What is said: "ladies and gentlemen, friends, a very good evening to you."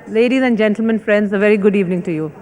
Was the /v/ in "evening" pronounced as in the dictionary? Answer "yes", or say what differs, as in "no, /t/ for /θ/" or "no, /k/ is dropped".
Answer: yes